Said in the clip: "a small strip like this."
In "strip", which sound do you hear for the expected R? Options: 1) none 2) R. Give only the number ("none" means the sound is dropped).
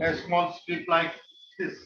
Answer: 1